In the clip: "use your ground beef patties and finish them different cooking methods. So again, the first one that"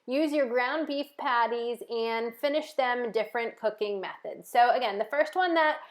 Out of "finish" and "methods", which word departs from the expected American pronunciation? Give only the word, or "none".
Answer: none